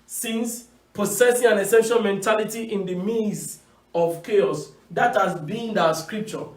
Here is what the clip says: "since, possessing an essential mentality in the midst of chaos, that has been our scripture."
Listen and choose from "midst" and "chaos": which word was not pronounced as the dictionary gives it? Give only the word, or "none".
midst